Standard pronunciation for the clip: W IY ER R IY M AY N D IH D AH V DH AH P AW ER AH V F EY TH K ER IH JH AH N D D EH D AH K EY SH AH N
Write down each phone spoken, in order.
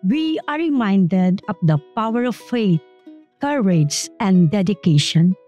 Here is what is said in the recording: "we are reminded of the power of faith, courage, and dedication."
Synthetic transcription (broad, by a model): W IY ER R IY M AY N D IH D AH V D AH P AW ER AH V F EY T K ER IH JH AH N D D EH D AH K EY SH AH N